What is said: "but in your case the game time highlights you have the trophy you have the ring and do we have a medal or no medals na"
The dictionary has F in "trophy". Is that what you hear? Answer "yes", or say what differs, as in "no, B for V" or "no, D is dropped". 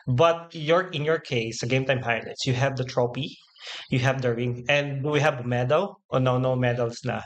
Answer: no, P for F